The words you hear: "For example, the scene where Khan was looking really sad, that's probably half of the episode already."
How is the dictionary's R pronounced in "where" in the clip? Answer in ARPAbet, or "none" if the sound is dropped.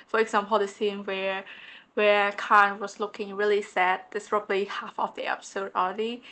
W